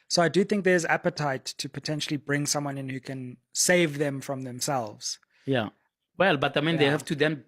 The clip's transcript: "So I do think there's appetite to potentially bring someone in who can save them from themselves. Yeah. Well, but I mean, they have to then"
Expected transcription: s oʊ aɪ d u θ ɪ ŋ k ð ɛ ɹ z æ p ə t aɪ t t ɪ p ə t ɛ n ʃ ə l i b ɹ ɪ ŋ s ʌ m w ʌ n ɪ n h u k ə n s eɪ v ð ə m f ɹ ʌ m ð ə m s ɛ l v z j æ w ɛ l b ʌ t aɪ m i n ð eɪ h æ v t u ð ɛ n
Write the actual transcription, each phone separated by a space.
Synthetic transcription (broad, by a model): s oʊ aɪ d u θ ɪ ŋ k ð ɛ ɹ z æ p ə t aɪ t t ɪ p ə t ɛ n ʃ ə l i b ɹ ɪ ŋ s ʌ m w ʌ n ɪ n h u k ə n s eɪ v ð ə m f ɹ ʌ m ð ə m s ɛ l v z j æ w ɛ l b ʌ t aɪ m i n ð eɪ h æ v t u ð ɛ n